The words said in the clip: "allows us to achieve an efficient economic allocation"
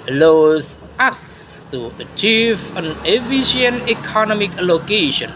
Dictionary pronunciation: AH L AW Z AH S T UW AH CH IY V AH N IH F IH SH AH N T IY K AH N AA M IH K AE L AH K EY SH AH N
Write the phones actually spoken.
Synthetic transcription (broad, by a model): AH L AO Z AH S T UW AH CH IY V AH N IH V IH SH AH N IY K AH N AA M IH K L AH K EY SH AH N